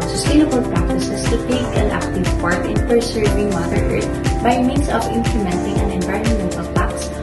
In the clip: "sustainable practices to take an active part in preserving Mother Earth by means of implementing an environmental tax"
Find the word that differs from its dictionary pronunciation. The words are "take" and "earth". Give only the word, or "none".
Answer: earth